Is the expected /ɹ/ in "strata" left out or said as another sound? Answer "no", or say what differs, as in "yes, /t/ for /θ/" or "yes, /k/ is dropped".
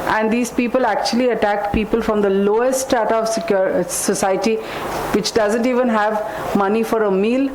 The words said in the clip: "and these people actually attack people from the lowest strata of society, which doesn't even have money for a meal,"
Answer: yes, /ɹ/ is dropped